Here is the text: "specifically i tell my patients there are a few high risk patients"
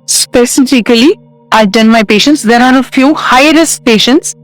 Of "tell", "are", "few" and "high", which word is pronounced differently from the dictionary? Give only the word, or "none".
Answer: tell